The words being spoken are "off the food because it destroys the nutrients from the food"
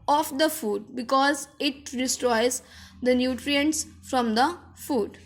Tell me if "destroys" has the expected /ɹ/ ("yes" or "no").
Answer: yes